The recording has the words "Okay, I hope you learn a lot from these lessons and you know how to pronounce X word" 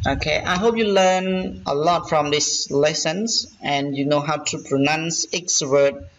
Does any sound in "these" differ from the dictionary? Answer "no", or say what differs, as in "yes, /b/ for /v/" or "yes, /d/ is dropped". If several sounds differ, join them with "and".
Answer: yes, /s/ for /z/